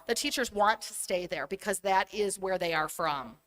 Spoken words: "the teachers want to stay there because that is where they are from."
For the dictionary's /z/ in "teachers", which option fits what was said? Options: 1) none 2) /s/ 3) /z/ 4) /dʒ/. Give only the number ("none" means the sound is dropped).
3